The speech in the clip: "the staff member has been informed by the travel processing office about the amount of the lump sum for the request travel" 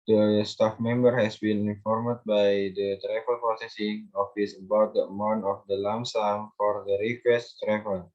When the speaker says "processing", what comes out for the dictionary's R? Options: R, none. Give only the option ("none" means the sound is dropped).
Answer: none